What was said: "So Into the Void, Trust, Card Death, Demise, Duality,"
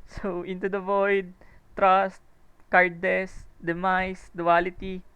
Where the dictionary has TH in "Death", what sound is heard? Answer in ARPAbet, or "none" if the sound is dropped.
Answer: S